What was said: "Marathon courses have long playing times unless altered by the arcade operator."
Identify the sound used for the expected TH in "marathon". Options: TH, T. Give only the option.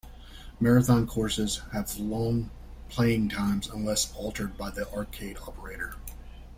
TH